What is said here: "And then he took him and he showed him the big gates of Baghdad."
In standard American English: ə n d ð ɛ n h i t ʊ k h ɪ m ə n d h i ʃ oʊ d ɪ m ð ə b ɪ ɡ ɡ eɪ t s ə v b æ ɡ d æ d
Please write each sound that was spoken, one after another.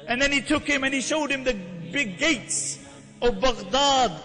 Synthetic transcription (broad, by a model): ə n ð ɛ n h i t ʊ k h ɪ m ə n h i ʃ oʊ d ɪ m ð ə b ɪ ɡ ɡ eɪ t s ə v b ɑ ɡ d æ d